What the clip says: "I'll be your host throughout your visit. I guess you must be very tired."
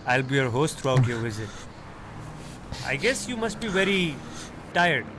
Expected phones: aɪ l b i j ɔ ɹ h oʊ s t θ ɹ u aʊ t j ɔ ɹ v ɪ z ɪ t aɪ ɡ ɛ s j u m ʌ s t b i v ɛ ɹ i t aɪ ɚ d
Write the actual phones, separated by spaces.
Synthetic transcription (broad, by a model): aɪ l b i j ɔ ɹ h oʊ s t t ɹ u aʊ t j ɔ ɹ v ɪ z ɪ t aɪ ɡ ɛ s j u m ʌ s t b i v ɛ ɹ i t aɪ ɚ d